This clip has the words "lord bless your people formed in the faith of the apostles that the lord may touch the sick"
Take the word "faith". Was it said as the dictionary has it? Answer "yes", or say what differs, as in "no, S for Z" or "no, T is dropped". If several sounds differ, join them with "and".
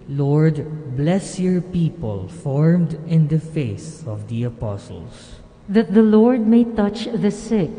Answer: no, S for TH